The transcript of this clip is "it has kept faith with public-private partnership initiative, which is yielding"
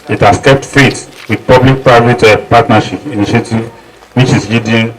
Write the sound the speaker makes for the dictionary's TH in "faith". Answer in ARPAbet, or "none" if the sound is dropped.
T